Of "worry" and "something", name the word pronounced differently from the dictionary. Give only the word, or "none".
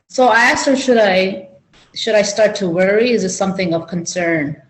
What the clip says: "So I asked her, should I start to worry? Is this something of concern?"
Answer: none